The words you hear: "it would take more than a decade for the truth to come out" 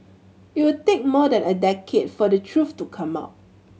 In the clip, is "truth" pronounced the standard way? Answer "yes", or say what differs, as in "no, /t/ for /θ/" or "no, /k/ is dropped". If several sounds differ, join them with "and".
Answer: no, /f/ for /θ/